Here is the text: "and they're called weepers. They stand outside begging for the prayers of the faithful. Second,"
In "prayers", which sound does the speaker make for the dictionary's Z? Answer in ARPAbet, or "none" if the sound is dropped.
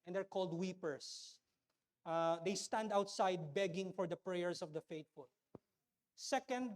S